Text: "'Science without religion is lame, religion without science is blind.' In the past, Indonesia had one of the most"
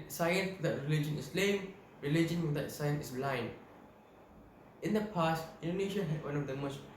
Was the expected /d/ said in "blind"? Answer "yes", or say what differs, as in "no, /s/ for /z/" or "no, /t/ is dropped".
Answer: no, /d/ is dropped